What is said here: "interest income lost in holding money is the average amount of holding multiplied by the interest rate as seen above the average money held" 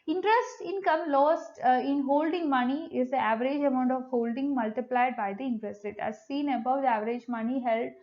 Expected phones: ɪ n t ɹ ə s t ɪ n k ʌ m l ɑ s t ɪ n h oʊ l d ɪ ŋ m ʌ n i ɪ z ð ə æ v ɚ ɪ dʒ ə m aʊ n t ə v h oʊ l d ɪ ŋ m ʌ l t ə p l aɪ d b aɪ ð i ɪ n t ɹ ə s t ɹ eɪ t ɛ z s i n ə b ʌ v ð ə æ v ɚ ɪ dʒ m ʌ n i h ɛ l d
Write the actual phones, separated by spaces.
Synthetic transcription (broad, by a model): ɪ n t ɹ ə s t ɪ n k ʌ m l ɑ s t ɪ n h oʊ l d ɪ ŋ m ʌ n i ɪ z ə æ v ɚ ɪ dʒ ə m aʊ n t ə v h oʊ l d ɪ ŋ m ʌ l t ə p l aɪ d b aɪ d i ɪ n t ɹ ə s t ɹ eɪ t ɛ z s i n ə b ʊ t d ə æ v ɚ ɪ dʒ m ʌ n i h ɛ l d